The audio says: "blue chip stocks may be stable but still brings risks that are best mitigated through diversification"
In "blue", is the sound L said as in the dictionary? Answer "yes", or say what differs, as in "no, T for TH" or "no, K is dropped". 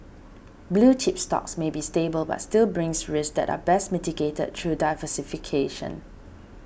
yes